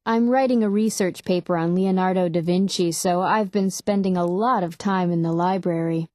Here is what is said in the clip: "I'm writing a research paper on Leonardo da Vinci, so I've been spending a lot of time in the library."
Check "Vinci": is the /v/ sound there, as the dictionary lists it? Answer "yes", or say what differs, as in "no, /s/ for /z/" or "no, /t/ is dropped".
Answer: yes